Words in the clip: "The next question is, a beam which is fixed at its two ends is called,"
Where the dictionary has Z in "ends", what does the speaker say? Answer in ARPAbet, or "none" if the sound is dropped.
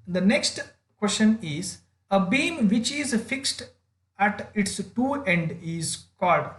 none